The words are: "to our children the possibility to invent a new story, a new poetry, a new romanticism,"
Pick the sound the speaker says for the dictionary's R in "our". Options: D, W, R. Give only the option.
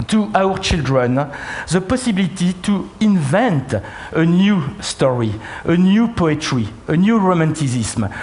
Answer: R